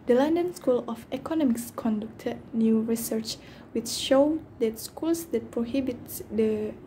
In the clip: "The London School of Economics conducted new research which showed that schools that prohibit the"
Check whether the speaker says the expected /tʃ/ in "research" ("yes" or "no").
yes